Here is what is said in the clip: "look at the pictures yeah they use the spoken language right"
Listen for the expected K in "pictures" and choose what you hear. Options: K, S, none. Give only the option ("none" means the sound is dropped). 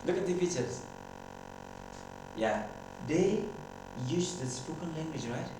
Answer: none